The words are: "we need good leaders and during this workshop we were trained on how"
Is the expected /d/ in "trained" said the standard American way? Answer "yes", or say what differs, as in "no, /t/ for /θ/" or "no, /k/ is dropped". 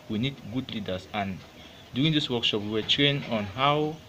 no, /d/ is dropped